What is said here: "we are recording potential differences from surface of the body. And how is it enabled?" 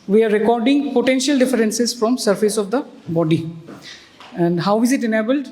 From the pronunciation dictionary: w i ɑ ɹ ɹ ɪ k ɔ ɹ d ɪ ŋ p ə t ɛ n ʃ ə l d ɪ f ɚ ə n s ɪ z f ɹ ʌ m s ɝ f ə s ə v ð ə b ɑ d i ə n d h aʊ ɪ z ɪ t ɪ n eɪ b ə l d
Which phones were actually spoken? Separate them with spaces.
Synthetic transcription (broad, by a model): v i ɑ ɹ ɹ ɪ k ɔ ɹ d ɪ ŋ p ə t ɛ n ʃ ə l d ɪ f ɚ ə n s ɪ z f ɹ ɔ m s ɝ f ə s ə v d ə b ɑ d i ə n d h aʊ ɪ z ɪ t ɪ n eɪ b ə l d